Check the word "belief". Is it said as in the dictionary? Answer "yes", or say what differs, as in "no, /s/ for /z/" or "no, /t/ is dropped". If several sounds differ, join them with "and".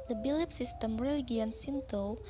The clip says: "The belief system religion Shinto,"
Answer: no, /p/ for /f/